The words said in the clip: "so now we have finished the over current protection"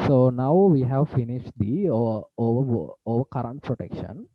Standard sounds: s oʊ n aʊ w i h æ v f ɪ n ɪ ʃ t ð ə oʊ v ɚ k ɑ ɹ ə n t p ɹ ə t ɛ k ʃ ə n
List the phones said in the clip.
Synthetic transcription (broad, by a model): s oʊ n aʊ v i h æ v f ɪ n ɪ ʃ t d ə oʊ v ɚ k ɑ ɹ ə n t p ɹ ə t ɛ k ʃ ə n